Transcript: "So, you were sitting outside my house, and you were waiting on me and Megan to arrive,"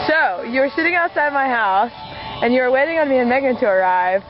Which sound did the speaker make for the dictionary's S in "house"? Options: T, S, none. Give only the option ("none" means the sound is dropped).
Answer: S